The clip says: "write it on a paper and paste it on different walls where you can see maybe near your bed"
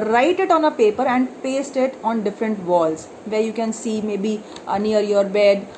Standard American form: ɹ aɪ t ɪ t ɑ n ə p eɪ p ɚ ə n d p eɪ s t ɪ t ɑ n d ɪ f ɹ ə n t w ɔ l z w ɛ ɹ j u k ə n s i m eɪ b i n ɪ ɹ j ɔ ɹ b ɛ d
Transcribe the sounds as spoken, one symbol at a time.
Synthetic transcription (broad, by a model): ɹ aɪ t ɪ t ɑ n ə p eɪ p ɚ ə n d p eɪ s t ɪ t ɑ n d ɪ f ɹ ə n t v ɔ l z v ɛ ɹ j u k ə n s i m eɪ b i n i ɹ j ɔ ɹ b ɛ d